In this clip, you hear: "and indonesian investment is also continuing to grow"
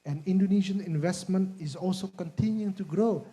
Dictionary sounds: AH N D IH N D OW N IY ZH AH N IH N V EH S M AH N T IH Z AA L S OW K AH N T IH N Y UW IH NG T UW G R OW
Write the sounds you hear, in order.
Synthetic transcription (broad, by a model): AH N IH N D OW N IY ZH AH N IH N V EH S M AH N T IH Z AA L S OW K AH N T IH N Y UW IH NG T UW G R OW